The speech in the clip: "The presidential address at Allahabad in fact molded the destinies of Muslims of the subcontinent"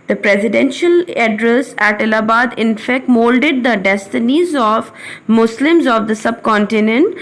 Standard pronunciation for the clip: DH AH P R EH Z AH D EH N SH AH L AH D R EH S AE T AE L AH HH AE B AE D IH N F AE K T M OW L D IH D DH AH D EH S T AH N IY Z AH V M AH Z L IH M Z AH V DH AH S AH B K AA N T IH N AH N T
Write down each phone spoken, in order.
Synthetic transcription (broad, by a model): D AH P R EH Z AH D EH N SH AH L AH D R EH S AE T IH L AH B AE D IH N F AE K T M OW L D IH D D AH D EH S T AH N IY Z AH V M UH S L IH M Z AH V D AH S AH B K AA N T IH N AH N T